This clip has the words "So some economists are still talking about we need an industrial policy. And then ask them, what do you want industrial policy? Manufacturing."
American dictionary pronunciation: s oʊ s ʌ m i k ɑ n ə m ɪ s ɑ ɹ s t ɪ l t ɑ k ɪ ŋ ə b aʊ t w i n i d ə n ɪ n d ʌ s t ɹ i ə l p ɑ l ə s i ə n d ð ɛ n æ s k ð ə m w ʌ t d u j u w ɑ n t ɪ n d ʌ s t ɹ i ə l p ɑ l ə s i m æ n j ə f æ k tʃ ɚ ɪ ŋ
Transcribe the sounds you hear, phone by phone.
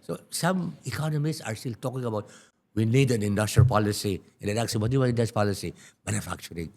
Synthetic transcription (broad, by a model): s oʊ s ʌ m i k ɑ n ə m ɪ s ɑ ɹ s t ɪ l t ɑ k ɪ ŋ ə b aʊ t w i n i d ə n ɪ n d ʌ s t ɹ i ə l p ɑ l ə s i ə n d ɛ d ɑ k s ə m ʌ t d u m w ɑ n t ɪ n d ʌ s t p ɑ l ə s i m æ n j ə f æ k tʃ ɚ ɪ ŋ